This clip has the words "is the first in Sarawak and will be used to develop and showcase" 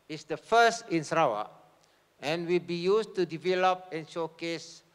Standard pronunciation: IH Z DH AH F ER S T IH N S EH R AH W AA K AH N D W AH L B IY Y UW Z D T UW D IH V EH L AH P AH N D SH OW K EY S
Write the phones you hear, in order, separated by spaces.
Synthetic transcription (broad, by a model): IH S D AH F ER S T IH N S R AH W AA AH N W AH L B IY Y UW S T UW D IH V EH L AH P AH N SH OW K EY S